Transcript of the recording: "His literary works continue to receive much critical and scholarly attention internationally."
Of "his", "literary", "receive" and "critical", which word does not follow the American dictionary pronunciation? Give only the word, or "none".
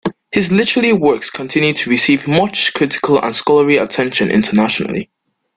literary